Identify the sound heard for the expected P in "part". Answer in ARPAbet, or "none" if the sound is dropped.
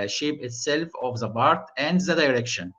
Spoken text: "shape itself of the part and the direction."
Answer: B